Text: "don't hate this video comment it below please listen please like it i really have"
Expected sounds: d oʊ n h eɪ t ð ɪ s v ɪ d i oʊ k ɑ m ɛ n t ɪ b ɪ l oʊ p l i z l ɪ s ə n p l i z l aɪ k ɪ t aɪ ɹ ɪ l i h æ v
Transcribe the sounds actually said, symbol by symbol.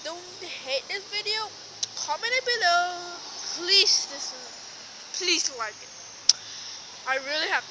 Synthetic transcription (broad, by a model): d oʊ n h eɪ t ð ɪ s v ɪ d i oʊ k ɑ m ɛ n ɪ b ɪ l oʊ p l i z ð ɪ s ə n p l i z l aɪ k ɪ t aɪ ɹ ɪ l i h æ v